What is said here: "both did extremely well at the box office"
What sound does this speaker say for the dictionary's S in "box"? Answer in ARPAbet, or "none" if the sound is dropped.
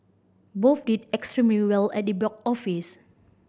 none